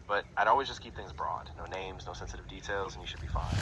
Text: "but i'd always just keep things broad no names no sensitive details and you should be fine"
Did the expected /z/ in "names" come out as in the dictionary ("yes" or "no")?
yes